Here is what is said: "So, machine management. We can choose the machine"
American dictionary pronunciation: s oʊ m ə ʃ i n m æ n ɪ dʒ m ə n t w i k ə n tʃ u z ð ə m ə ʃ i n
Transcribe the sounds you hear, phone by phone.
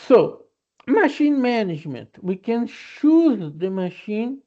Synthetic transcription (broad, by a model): s oʊ m ə ʃ i n m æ n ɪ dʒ m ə n t w i k ə n ʃ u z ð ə m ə ʃ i n